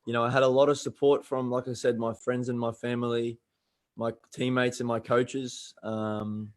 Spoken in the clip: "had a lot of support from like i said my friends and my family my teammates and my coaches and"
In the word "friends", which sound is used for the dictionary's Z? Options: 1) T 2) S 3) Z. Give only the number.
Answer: 3